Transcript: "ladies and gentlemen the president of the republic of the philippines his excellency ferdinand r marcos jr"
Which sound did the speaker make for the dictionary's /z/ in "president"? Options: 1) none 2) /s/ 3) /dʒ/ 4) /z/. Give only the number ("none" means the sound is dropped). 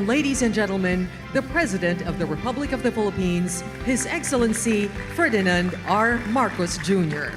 4